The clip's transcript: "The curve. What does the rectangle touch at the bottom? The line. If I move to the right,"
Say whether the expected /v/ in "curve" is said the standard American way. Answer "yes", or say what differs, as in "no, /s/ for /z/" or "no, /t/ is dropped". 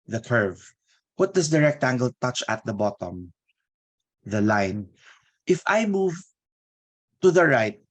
yes